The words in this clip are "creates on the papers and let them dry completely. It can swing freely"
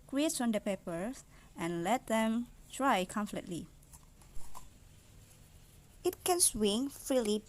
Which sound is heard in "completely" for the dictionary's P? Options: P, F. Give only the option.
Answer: F